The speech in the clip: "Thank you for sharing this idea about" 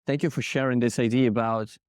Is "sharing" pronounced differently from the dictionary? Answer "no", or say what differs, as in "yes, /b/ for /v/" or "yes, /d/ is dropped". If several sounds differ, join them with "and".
no